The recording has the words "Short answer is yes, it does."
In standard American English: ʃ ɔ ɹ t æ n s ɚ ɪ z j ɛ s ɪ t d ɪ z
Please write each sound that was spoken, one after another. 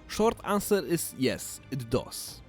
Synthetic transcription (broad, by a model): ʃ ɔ ɹ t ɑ n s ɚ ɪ s j ɛ s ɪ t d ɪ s